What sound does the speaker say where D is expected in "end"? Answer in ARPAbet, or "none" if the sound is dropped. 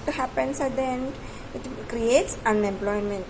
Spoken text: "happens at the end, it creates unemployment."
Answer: none